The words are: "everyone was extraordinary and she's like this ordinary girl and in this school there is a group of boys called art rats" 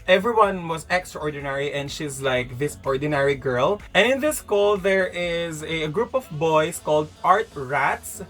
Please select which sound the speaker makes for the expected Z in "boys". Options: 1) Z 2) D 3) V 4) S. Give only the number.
4